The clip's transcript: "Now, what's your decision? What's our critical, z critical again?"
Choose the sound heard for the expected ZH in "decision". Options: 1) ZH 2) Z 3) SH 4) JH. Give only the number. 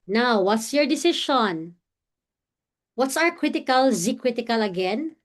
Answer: 3